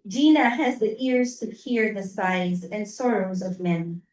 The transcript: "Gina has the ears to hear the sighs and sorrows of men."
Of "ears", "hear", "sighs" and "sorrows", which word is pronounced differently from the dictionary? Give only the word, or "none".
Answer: none